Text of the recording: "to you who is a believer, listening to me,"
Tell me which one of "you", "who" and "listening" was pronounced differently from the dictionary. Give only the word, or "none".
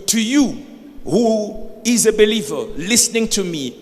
none